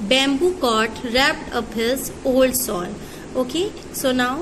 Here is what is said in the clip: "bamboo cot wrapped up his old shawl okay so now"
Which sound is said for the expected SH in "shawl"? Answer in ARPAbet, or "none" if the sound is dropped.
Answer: S